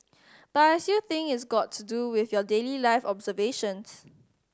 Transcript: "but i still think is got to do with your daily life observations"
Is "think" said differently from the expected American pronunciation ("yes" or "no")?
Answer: yes